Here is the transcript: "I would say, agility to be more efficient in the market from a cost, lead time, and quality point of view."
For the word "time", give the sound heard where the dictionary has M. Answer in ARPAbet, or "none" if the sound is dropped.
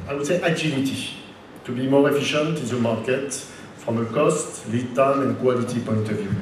none